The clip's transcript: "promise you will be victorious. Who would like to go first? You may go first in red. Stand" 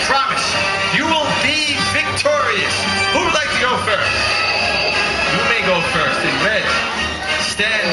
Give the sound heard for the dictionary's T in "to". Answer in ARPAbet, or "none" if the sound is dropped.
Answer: S